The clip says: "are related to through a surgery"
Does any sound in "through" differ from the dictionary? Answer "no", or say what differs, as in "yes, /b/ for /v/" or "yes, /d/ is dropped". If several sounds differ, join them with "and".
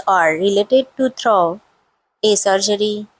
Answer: yes, /t/ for /θ/